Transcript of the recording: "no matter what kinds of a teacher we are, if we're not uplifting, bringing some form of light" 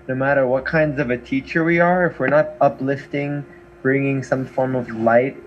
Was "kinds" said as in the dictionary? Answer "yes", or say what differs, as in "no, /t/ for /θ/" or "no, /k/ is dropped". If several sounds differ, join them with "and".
yes